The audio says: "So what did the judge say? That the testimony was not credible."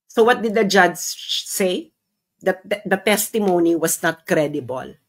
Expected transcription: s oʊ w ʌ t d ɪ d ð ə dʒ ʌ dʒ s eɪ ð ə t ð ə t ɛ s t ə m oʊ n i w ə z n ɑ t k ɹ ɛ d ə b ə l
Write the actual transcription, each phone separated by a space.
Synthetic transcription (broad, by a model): s oʊ w ʌ t d ɪ d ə dʒ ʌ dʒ s eɪ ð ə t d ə t ɛ s t ə m oʊ n i w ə s n ɑ t k ɹ ɛ d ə b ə l